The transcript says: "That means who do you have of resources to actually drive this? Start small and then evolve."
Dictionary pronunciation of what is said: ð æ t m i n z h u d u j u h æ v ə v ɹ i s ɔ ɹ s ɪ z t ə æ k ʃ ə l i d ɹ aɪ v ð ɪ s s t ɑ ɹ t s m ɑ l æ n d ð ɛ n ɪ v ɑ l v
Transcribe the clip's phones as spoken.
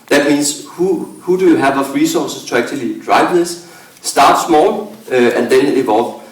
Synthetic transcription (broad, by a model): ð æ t m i n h h u d u j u h æ v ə f ɹ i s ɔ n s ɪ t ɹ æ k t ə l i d ɹ aɪ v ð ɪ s s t ɑ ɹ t s m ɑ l æ n d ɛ n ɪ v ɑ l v